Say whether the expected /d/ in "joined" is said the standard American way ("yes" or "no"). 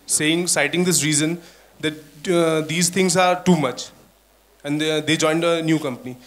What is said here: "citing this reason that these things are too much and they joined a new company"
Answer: yes